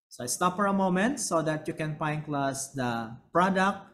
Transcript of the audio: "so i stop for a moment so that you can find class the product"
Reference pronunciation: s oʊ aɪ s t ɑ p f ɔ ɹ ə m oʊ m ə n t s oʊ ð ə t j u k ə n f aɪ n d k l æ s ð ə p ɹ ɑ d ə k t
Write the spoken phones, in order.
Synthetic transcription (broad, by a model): s oʊ aɪ s t ɑ p f ɔ ɹ ə m oʊ m ə n t s oʊ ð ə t j u k ə n p aɪ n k l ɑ s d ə p ɹ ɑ d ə k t